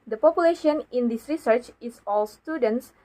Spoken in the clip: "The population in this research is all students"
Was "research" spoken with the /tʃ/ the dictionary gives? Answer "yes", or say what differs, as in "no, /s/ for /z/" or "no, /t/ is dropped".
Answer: yes